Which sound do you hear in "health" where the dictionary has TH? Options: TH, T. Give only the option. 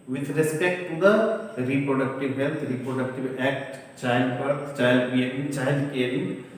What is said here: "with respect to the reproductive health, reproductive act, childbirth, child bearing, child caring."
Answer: T